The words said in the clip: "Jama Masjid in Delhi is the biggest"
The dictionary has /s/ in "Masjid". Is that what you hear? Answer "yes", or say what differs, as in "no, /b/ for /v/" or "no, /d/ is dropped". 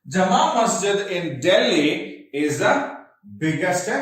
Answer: yes